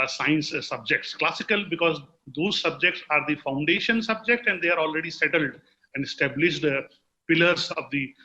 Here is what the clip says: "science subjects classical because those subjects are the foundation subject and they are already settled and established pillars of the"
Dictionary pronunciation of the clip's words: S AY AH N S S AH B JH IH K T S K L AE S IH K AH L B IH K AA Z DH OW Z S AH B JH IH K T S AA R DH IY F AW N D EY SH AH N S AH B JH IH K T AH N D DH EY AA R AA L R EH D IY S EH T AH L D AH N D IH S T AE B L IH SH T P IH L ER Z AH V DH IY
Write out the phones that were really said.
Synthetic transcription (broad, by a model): S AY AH N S S AH B JH IH K T S K L AE S IH K AH L B IH K AA Z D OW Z S AH B JH IH K T S AA R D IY F AW N D EY SH AH N S AH B JH IH K T AH N D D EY AA R AA L R EH D IY S EH T AH L D AH N D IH S T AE B L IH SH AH P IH L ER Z AH V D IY